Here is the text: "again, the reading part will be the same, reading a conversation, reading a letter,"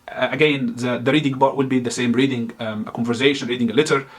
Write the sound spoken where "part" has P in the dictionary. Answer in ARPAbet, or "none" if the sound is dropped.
B